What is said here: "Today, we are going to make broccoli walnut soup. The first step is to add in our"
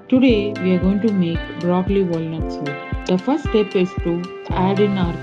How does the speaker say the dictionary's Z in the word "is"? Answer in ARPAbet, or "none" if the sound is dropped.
S